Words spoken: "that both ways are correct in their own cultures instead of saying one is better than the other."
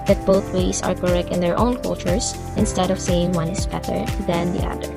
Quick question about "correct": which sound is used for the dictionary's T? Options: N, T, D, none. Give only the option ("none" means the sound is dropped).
none